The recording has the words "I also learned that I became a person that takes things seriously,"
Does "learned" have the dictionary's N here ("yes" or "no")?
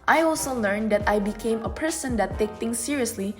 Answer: yes